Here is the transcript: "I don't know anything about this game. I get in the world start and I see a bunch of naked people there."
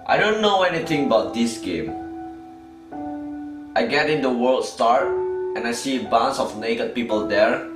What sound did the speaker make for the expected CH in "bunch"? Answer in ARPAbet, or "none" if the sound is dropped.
S